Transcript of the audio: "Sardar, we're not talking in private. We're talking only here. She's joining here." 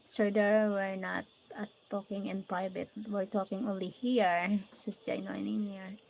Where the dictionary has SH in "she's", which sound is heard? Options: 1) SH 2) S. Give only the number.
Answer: 2